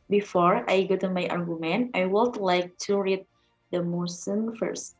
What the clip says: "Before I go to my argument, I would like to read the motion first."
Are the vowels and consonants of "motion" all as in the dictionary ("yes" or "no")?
no